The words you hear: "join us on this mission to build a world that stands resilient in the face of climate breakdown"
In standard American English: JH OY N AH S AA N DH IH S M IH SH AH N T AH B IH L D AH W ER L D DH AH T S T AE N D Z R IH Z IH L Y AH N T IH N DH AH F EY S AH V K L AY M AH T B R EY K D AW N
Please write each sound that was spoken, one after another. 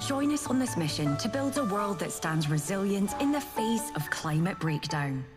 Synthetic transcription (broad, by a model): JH OY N AH S N DH IH S M IH SH AH N T AH B IH L D AH W ER L D DH AH T S T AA N D Z R IH Z IH L Y AH N T IH N DH AH F EY S AH V K L AY M AH T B R EY K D AW N